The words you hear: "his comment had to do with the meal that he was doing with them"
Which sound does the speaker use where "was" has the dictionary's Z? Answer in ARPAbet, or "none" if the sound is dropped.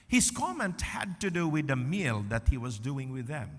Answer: Z